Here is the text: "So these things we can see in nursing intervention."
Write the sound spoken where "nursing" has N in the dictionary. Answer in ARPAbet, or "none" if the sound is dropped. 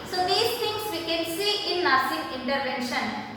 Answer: L